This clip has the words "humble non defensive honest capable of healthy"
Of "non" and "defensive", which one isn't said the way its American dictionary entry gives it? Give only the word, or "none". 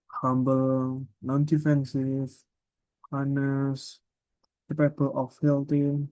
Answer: defensive